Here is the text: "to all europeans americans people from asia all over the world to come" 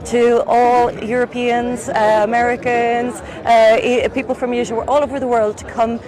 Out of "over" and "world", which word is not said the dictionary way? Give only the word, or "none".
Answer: none